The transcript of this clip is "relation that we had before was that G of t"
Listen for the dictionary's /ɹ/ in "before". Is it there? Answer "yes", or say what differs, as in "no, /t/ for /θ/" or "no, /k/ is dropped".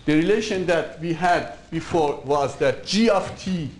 yes